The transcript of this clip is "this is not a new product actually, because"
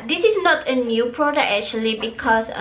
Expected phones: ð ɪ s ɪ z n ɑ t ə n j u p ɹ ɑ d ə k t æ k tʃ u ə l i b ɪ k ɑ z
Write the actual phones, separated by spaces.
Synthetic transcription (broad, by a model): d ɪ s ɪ s n ɑ t ə n j u p ɹ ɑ d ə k ɛ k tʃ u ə l i b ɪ k ɑ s